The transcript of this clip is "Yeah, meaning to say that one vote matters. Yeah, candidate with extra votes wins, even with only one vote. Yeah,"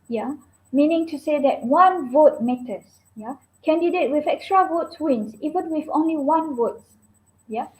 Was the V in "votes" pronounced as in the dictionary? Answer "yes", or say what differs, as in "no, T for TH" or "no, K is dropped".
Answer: yes